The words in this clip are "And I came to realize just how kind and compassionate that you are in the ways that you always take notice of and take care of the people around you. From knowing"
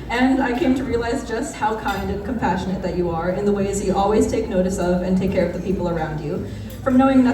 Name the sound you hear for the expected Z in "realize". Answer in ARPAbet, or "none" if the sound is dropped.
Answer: Z